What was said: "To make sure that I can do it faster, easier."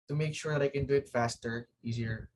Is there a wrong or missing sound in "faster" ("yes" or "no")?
no